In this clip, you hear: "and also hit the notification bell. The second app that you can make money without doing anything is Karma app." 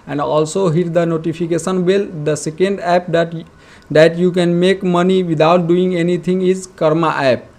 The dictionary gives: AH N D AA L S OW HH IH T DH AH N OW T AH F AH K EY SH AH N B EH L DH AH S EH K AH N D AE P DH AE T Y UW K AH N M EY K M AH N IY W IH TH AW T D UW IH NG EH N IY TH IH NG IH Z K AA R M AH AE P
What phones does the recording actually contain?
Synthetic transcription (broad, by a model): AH N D AA L S OW HH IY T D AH N OW T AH P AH K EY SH AH N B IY L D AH S EH K AH N D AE P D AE T Y UW K AH N M EY K M AH N IY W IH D AW T D UW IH NG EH N IY T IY NG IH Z K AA R M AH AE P